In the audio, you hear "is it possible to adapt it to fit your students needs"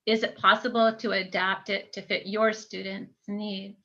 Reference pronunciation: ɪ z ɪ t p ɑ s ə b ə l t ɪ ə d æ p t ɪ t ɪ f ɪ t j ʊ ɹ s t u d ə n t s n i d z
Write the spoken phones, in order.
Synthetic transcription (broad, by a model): ɪ z ɪ t p ɑ s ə b l t ɪ ə d æ p t ɪ t ɪ f ɪ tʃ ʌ ɹ s t u d n t s n i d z